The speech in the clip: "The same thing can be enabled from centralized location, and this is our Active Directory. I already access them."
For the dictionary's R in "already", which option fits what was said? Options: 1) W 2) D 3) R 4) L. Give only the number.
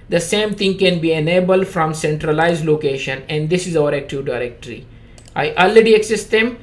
4